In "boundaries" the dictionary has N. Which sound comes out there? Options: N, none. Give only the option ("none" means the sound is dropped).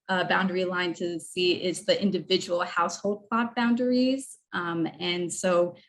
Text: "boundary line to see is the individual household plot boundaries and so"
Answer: N